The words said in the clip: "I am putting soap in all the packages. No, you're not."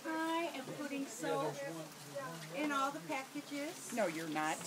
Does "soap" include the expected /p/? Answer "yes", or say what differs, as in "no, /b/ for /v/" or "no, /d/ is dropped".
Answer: no, /p/ is dropped